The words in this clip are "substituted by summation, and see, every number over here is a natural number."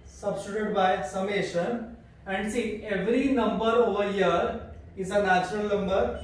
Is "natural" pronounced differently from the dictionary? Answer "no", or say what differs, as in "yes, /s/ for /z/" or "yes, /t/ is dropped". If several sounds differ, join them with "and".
no